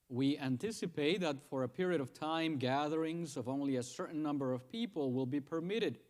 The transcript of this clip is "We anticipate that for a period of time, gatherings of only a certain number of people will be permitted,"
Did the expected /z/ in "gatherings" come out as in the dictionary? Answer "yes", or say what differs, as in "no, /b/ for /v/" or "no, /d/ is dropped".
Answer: yes